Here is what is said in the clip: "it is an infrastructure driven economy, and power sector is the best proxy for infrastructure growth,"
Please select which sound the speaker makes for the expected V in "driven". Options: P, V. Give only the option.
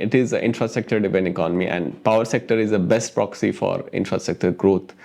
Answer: P